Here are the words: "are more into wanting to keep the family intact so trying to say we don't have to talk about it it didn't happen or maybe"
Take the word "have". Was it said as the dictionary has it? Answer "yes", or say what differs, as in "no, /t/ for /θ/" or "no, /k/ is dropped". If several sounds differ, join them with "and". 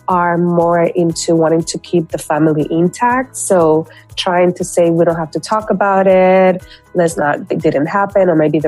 no, /f/ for /v/